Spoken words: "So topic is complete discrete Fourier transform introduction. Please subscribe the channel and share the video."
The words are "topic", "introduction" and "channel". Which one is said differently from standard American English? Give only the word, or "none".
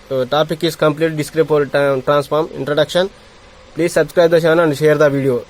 channel